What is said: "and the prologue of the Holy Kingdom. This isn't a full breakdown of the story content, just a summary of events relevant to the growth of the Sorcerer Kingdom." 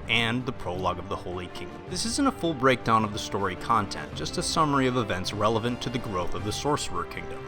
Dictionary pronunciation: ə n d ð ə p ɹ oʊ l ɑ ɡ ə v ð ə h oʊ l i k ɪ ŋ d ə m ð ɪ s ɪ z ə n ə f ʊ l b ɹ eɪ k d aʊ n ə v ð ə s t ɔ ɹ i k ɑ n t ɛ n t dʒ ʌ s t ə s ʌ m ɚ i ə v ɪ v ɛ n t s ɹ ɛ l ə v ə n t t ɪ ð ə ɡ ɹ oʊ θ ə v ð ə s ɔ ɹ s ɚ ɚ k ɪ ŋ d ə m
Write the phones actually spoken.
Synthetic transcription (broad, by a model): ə n ð ə p ɹ oʊ l ɑ ɡ ə v ð ə h oʊ l i k ɪ ŋ d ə m ð ɪ s ɪ z ə n ə f ʊ l b ɹ eɪ k d aʊ n ə v ð ə s t ɔ ɹ i k ɑ n t ɛ n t dʒ ʌ s t ə s ʌ m ɚ i ə v ɪ v ɛ n t s ɹ ɛ l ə v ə n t t ɪ ð ə ɡ ɹ oʊ θ ə v ð ə s ɔ ɹ s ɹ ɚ k ɪ ŋ d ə m